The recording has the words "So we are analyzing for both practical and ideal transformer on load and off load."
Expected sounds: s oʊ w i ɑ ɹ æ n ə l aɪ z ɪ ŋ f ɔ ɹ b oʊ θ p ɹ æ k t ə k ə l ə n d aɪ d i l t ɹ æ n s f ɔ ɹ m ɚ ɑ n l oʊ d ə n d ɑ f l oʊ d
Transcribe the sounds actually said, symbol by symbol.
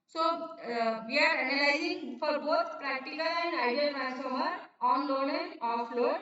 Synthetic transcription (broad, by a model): s oʊ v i ɑ ɹ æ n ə l aɪ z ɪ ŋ f ɔ ɹ b oʊ t p ɹ æ k t ə k ə l ə n d aɪ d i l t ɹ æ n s ɔ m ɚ ɑ n l oʊ d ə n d ɑ f l oʊ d